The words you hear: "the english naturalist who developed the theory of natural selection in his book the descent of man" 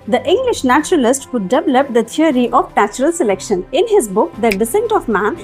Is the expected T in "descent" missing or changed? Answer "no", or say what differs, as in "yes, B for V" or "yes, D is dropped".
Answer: no